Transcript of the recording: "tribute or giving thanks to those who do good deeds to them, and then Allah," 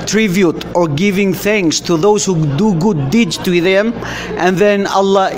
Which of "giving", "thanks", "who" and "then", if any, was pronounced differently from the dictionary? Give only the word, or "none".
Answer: none